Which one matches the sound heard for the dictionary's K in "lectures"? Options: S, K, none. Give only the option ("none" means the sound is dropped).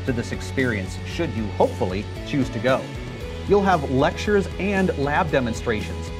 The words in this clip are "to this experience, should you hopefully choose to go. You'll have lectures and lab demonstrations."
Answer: K